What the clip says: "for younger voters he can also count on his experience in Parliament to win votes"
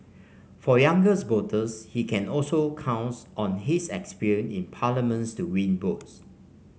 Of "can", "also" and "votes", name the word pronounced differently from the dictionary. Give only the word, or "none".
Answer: votes